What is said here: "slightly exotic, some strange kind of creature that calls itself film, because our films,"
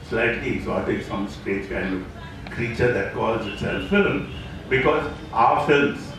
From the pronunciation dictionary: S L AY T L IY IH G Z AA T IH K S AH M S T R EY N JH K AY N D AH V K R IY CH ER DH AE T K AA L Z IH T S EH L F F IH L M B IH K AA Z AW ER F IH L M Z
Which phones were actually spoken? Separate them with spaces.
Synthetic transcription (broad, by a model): S L AY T L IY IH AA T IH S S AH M S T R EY JH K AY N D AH K R IY CH ER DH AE T K AA L Z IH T S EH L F F IH L M B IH K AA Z AW ER F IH L M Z